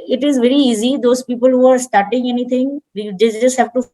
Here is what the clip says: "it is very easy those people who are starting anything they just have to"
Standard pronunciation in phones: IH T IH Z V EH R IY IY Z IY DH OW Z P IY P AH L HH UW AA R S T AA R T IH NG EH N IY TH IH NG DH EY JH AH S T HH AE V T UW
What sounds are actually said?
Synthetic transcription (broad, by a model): IH T IH Z V EH R IY IY Z IY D OW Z P IY P AH L HH UW AA R S T AA R T IH NG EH N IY T IH NG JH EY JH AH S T HH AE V T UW